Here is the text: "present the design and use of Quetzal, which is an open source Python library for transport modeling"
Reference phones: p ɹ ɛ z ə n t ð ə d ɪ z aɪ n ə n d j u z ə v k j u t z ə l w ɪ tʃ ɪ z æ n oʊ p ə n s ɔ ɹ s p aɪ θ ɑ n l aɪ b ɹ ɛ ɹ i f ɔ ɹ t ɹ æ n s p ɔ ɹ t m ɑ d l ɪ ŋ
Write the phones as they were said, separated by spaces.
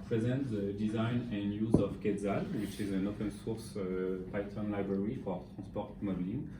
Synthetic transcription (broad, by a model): p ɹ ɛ z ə n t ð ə d ɪ z aɪ n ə n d j u z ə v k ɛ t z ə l w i tʃ ɪ z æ n oʊ p ə n s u ɹ s p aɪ t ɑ n l aɪ b ɹ ɛ ɹ i f ɔ ɹ t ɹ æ s p ɔ ɹ t m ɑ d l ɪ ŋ